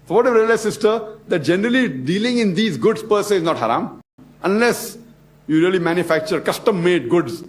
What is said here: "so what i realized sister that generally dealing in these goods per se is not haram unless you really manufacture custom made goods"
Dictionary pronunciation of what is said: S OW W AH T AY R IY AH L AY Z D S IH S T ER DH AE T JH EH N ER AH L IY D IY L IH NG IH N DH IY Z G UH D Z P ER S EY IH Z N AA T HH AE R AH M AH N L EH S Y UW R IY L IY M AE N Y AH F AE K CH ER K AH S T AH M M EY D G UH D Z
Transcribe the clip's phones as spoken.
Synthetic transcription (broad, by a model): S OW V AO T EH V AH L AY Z S IH S T ER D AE T JH EH N ER AH L IY D IY L IH NG IH N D IY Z G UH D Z P ER S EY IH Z N AA T HH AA R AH M AH N L EH S Y UW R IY L IY M AE N Y AH F AE K CH ER K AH S T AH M M EY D G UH D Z